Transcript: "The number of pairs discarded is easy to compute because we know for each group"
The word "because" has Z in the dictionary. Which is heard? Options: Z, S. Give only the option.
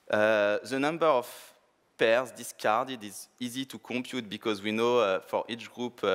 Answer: Z